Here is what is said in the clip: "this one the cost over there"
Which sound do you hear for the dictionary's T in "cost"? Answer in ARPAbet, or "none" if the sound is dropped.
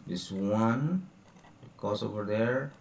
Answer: none